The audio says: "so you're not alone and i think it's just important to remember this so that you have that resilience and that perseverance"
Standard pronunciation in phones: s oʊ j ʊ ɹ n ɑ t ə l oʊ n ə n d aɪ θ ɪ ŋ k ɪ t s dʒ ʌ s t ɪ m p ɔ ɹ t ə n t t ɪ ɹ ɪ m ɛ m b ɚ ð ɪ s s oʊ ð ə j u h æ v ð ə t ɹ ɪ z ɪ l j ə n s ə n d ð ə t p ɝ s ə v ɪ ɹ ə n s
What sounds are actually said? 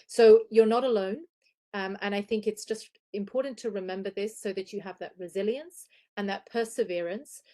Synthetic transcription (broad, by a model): s oʊ j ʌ ɹ n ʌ t ə l oʊ n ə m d aɪ θ ɪ ŋ k ɪ t s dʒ ʌ s t ɪ m p ɔ ɹ t n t t ɪ ɹ ɪ m ɛ m b ɚ ð ɪ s s oʊ ð ə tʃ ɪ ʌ v ð ə t ɹ ɪ z ɪ l j ə n s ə n ð ə t p ɝ s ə v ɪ ɹ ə n s